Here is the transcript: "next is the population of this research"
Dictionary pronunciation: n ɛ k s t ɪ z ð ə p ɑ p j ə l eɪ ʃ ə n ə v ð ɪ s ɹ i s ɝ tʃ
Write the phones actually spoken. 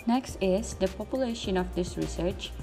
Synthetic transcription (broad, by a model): n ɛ k s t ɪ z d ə p ɑ p j ə l eɪ ʃ ə n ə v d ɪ s ɹ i s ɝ tʃ